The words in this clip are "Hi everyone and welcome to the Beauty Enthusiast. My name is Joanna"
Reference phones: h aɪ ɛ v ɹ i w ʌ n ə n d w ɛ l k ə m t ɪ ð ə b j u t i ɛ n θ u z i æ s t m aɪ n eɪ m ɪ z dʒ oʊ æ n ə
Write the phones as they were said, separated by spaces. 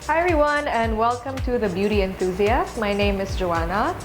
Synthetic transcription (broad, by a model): h aɪ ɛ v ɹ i w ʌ n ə n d w ɛ l k ə m t ɪ ð ə b j u t i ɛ n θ u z i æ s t m aɪ n eɪ m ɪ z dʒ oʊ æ n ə